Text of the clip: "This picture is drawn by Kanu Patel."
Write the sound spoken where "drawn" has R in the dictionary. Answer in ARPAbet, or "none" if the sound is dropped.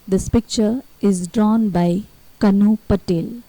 R